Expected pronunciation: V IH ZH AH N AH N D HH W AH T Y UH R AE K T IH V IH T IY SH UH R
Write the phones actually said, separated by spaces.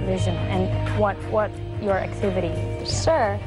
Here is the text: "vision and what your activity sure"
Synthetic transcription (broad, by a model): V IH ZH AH N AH N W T W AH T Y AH R AE K T IH V IH T IY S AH R